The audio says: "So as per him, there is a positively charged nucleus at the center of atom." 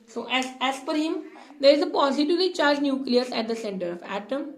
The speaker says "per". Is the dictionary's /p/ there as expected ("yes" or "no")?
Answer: no